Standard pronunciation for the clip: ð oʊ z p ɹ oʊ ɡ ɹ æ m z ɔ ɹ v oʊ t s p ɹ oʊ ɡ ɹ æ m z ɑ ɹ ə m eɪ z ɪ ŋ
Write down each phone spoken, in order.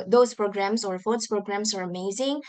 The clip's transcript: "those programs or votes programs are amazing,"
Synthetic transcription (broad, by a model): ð oʊ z p ɹ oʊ ɡ ɹ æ m s ɔ ɹ f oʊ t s p ɹ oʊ ɡ ɹ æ m s ɑ ɹ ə m eɪ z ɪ ŋ